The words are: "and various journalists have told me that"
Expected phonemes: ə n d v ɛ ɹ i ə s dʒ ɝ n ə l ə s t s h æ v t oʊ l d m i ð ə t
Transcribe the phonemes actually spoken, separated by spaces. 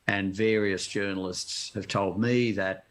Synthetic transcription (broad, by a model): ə n v ɛ ɹ i ə s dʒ ɝ n l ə s t s h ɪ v t oʊ l d m i ð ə t